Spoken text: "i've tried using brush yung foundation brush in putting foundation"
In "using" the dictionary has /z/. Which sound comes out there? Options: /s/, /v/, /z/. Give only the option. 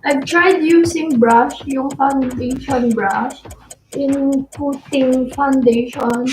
/s/